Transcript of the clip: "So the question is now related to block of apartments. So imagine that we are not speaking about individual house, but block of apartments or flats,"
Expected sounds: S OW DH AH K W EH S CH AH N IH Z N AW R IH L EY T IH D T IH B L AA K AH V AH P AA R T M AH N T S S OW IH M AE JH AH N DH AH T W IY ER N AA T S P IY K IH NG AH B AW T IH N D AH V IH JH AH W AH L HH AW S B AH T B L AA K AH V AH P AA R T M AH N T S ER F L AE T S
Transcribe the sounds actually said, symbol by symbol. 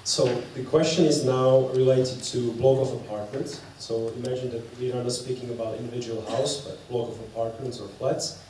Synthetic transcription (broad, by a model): S OW DH AH K W EH S CH AH N IH Z N AW R IH L EY T IH D T IH B L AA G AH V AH P AA R T M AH N T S S OW IH M AE JH AH N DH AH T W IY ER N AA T S P IY K IH NG AH B AW T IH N D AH V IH JH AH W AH L HH AW S B AH T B L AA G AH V AH P AA R T M AH N T S ER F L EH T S